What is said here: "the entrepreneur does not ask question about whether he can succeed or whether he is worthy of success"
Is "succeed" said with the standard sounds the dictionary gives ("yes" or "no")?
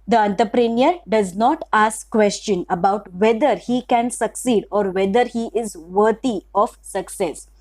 yes